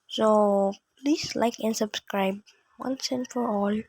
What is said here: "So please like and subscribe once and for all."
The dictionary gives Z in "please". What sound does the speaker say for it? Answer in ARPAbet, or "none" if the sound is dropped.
S